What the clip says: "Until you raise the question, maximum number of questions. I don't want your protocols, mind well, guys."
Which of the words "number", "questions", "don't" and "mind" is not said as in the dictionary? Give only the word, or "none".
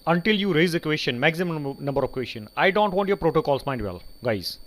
questions